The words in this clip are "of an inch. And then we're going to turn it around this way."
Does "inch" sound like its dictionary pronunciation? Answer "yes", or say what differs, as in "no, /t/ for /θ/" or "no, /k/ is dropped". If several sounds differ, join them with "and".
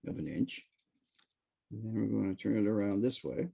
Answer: yes